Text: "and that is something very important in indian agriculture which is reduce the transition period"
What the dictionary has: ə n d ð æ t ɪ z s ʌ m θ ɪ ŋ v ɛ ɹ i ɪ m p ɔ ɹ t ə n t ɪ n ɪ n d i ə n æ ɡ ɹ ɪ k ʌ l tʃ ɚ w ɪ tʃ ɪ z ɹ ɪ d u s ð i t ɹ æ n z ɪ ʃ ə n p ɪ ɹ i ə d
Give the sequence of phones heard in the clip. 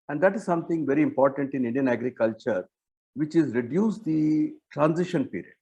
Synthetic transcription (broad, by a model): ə n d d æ t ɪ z s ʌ m t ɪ ŋ v ɛ ɹ i ɪ m p ɔ ɹ t ə n t ɪ n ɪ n d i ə n æ ɡ ɹ ɪ k ʌ l tʃ ɚ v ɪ tʃ ɪ z ɹ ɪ d u s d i t ɹ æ n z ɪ ʃ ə n p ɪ ɹ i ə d